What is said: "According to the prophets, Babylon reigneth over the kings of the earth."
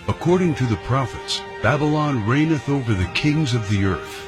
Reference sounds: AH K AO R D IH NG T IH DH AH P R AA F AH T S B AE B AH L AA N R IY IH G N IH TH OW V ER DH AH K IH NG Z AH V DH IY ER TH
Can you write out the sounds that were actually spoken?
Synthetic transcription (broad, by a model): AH K AO R D IH NG T IH DH AH P R AA F AH T S B AE B AH L AA N R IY IH N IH TH OW V ER DH AH K IH NG Z AH V DH IY ER TH